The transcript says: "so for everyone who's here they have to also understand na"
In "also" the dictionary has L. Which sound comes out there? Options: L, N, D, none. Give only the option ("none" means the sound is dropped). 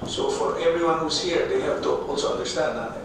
N